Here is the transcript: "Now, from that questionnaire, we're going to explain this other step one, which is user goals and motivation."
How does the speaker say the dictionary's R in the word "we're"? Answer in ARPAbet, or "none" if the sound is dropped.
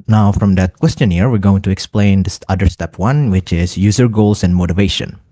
R